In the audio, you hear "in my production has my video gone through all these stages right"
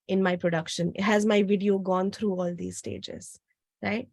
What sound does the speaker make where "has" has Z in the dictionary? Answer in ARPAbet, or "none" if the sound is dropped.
Z